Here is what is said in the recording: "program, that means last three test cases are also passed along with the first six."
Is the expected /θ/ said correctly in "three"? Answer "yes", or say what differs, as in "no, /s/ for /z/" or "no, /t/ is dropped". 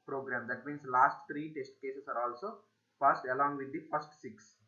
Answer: no, /t/ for /θ/